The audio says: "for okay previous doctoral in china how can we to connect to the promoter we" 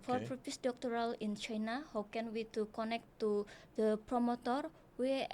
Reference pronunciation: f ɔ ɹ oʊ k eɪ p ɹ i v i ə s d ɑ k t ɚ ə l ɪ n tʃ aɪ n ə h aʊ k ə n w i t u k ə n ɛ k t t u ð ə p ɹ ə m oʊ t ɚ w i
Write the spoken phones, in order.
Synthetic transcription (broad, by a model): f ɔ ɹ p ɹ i f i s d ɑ k t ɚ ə l ɪ n tʃ aɪ n ə h aʊ k ə n w i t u k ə n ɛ k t t u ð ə p ɹ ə m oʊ t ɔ w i